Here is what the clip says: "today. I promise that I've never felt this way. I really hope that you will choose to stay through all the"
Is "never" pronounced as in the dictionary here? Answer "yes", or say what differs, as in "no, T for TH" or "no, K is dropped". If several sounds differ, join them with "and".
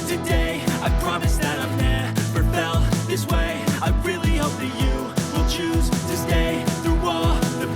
no, P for V